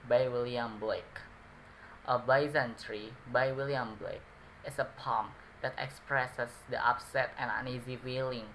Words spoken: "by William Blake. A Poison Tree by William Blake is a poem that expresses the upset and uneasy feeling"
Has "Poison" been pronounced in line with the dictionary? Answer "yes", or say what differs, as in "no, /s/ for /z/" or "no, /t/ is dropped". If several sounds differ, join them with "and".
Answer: no, /b/ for /p/